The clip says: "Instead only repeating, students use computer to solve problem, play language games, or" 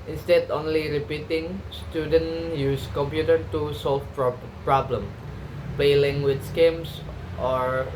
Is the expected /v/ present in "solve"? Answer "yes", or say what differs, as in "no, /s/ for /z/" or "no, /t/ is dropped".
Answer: no, /p/ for /v/